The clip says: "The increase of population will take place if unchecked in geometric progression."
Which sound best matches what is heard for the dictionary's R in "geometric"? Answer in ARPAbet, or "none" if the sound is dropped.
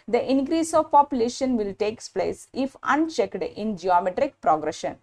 R